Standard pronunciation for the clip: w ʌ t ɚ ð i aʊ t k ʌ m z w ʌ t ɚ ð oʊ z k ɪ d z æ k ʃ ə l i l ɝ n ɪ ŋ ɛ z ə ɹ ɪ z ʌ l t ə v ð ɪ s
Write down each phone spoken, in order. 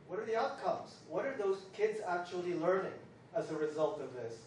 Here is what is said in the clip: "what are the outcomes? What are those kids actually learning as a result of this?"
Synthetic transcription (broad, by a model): w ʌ t ɚ ð i aʊ t k ʌ m z w ʌ t ɚ ð oʊ z k ɪ d z æ k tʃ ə l i l ɝ n ɪ ŋ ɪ z ə ɹ ɪ z ʌ l t ə v ð ɪ s